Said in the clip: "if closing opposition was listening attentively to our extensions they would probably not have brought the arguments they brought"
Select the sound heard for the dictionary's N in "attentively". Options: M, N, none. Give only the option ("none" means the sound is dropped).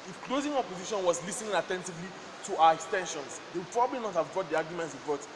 N